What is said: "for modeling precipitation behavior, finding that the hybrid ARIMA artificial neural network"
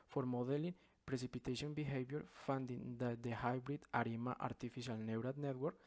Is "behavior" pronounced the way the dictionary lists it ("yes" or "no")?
no